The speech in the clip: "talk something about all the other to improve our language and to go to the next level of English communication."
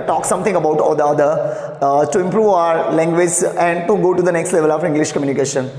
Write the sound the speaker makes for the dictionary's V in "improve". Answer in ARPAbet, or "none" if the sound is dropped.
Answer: V